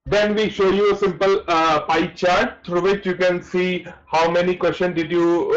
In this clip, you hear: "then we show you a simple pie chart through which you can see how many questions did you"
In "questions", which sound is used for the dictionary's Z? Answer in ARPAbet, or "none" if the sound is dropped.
none